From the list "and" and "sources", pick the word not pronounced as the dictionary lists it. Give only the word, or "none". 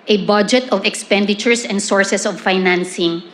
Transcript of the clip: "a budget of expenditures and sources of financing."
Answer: sources